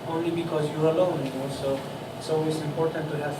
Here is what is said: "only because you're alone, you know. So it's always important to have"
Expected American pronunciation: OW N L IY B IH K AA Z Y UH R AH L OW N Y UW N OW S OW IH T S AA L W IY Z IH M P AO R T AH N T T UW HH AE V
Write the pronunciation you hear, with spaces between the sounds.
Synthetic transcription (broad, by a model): OW N L IY B IH K AA Z Y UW R AH L OW N Y UW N OW S OW IH T S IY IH M P AO R T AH N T T UW HH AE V